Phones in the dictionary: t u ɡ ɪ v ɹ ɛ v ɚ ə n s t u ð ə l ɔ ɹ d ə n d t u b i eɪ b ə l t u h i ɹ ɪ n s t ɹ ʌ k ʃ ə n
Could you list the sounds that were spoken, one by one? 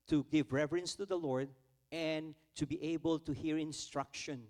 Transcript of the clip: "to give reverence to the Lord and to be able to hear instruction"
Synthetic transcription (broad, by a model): t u ɡ ɪ v ɹ ɛ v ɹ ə n s t u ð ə l ɔ ɹ d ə n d t u b i eɪ b ə l t u h i ɹ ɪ n s t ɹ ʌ k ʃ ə n